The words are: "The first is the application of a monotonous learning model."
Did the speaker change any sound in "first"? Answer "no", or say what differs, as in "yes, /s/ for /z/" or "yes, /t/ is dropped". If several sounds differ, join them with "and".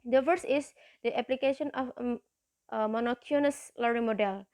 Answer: yes, /t/ is dropped